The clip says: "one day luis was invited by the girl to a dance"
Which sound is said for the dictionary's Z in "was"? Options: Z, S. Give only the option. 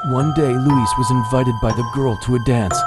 Z